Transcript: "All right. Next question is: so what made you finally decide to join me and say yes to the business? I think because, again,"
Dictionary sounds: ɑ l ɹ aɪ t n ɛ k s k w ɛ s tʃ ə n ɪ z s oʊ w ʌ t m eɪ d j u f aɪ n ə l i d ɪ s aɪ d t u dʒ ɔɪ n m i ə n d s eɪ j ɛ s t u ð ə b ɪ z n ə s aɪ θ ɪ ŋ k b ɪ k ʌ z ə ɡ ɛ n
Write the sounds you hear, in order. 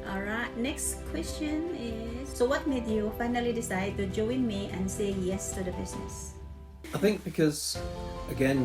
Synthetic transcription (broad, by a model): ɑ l ɹ aɪ t n ɛ k s k w ɛ s tʃ ə n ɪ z s oʊ w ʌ t m eɪ d j u f aɪ n ə l i d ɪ s aɪ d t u dʒ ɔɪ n m i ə n s eɪ j ɛ s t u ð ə b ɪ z n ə s aɪ θ ɪ ŋ k b ɪ k ʌ z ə ɡ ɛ n